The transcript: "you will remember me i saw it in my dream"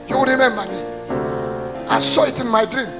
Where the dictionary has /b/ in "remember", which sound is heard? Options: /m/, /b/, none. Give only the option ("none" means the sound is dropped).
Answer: none